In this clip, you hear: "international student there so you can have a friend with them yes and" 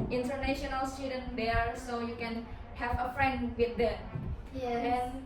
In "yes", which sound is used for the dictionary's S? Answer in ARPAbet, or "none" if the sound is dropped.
none